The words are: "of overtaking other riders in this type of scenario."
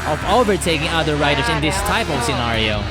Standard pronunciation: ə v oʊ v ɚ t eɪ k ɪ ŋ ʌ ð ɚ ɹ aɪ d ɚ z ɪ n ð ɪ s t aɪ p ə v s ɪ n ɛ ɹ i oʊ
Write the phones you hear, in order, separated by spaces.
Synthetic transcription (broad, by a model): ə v oʊ v ɚ t eɪ k ɪ ŋ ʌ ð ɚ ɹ aɪ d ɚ s ɪ n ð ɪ s t aɪ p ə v s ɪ n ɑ ɹ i oʊ